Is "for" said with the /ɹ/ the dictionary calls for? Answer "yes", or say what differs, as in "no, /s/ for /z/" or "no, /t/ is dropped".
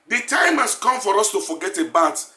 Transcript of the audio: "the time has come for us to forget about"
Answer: yes